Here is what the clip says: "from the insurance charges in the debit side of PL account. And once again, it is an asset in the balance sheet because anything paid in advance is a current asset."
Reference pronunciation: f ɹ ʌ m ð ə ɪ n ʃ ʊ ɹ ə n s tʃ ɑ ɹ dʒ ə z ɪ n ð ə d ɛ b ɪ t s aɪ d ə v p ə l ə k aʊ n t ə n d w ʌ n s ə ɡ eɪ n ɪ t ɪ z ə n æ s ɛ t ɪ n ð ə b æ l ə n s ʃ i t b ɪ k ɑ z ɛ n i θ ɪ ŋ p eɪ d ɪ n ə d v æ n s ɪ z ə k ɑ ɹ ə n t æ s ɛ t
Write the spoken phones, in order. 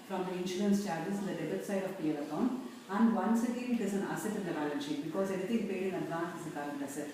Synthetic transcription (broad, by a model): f ɹ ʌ m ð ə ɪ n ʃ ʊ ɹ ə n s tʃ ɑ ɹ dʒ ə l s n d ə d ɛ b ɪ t s aɪ d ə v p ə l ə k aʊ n ə n d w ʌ n s ə ɡ eɪ n ɪ t ɪ z ə n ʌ s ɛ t ɪ n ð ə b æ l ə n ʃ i b ɪ k ɑ z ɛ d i t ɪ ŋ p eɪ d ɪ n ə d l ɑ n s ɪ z ə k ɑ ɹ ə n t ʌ s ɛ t